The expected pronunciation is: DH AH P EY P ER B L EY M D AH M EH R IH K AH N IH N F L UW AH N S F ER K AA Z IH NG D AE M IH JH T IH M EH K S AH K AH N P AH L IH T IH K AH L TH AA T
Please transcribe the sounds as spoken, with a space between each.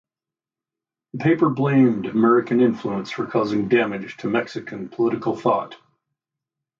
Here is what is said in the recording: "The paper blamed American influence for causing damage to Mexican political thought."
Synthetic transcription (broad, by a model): DH AH P EY P ER B L EY M D AH M EH R IH K AH N IH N F L UW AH N S F ER K AA Z IH NG D AE M IH JH T IH M EH K S AH K AH N P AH L IH T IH K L TH AA T